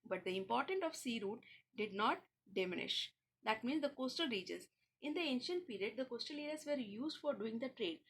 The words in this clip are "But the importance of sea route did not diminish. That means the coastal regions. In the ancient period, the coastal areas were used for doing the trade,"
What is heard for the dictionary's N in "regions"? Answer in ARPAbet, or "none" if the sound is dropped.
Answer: none